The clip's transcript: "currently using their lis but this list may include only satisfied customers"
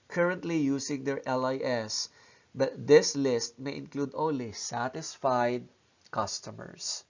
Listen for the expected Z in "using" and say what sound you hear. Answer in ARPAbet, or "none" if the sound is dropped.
S